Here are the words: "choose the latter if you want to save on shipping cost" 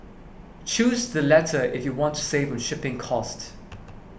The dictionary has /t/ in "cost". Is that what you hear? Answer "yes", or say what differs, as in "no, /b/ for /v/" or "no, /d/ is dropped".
yes